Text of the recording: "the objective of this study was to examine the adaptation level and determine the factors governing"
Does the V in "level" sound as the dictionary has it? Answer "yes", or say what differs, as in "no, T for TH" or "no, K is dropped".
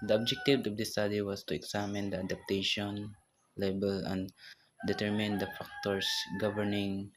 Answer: no, B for V